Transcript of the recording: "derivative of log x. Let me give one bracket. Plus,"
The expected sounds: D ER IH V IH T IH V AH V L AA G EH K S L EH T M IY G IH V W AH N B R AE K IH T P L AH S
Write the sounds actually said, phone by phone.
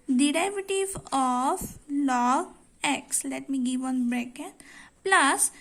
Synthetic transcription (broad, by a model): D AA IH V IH T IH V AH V L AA EH K S L EH T M IY G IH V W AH N B R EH K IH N P L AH S